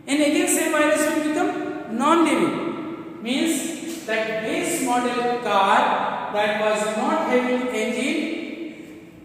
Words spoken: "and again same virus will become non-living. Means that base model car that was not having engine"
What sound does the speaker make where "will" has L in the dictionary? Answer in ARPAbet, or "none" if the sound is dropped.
N